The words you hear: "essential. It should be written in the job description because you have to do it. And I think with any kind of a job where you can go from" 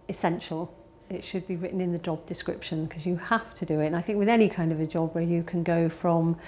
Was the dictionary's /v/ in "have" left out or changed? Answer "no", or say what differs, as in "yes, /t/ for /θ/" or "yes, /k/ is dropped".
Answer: yes, /f/ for /v/